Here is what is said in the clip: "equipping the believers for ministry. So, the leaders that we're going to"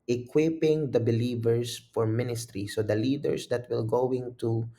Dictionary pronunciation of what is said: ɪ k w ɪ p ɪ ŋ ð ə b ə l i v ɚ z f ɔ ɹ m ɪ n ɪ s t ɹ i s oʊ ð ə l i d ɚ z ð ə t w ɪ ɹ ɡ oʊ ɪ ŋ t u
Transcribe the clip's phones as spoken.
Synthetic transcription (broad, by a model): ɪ k w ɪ p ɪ ŋ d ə b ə l i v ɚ s f ɔ ɹ m ɪ n ɪ s t ɹ i s oʊ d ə l i d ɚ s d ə t w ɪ l ɡ oʊ ɪ ŋ t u